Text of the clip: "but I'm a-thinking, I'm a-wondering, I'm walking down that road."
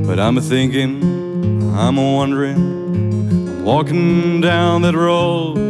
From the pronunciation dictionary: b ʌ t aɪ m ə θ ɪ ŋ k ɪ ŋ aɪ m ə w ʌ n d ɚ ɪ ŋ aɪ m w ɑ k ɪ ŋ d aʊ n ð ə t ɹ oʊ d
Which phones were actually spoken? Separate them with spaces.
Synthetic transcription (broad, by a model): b ʌ t aɪ m θ ɪ ŋ k ɪ ŋ aɪ m w ʌ n d ɚ ɪ ŋ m w ɑ k ɪ ŋ d aʊ n ð ə t ɹ oʊ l